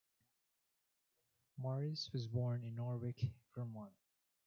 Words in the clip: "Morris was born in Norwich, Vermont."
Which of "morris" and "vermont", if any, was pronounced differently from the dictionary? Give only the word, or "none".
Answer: vermont